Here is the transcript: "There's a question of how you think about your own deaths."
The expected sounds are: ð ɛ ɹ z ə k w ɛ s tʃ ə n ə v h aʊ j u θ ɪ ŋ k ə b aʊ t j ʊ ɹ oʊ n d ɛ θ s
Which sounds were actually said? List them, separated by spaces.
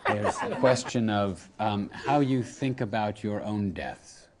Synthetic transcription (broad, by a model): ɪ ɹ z ə k w ɛ s tʃ ə n ə v h aʊ j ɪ θ ɪ ŋ k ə b aʊ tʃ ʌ ɹ oʊ n d ɛ θ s